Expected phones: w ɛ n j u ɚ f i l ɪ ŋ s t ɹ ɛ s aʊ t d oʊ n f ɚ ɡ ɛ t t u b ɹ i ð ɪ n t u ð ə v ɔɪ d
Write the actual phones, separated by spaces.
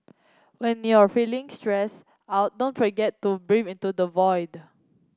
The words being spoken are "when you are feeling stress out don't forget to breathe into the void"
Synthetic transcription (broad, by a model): w ɛ n j u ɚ f i l ɪ ŋ s t ɹ ɛ s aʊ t d oʊ n f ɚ ɡ ɛ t t u b ɹ i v ɪ n t u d ə v ɔɪ d